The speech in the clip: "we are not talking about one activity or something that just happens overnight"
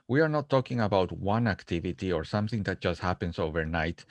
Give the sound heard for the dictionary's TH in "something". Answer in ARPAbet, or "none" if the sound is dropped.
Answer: TH